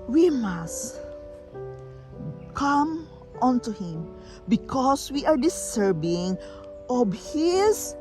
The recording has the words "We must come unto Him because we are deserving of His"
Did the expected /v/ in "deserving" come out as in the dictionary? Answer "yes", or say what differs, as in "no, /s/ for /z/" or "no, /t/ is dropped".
no, /b/ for /v/